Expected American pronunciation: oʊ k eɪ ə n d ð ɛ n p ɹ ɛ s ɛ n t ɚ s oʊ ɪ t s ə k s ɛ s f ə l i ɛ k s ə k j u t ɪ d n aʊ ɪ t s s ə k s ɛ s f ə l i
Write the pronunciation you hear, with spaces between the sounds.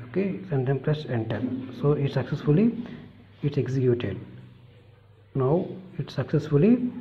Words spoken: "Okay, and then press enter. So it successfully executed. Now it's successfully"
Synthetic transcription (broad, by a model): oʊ k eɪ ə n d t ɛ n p l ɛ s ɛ n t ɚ s oʊ ɪ t s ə k s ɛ s f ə l i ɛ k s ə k j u t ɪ d n aʊ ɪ t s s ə k s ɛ s f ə l i